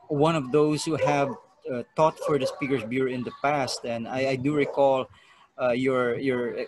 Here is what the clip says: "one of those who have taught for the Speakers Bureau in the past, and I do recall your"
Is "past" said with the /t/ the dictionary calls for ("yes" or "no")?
yes